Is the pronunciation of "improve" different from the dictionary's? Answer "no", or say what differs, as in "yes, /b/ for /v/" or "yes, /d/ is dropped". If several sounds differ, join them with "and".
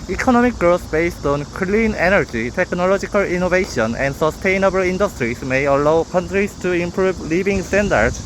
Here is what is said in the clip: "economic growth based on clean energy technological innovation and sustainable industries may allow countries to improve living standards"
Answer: yes, /b/ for /v/